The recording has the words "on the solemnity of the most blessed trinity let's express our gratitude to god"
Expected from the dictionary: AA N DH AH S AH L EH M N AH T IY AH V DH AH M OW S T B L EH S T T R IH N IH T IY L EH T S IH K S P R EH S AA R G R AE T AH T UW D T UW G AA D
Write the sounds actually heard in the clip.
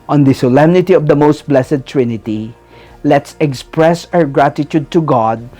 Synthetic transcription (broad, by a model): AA N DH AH S AH L EH M N AH T IY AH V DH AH M OW S T B L EH S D T R IH N IH T IY L EH T S IH K S P R EH S AA R G R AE T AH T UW D T UW G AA D